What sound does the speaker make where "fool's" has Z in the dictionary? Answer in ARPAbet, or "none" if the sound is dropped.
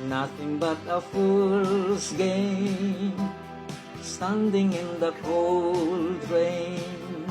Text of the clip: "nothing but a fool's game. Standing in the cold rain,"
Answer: S